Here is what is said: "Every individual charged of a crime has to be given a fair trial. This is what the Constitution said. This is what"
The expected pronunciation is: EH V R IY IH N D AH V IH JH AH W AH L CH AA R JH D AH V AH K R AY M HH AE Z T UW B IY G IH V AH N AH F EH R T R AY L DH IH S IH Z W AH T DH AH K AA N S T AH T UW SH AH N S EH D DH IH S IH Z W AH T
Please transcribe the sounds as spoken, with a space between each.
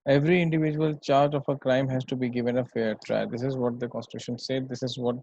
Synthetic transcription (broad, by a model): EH V R IY IH N D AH V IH JH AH AH L CH AA R JH AH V AH K R AY M HH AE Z T UW B IY G IH V AH N AH F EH R T R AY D IH S IH Z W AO T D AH K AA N S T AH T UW SH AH N S EH D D IH S IH Z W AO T